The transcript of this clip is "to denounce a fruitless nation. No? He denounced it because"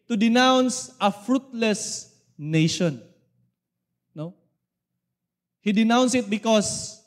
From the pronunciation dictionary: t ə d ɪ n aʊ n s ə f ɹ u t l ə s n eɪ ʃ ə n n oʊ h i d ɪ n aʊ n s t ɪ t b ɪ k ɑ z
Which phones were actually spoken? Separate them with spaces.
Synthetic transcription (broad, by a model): t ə d ɪ n aʊ n s ə f ɹ u t l ə s n eɪ ʃ ə n n oʊ h i d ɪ n aʊ n s ɪ t b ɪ k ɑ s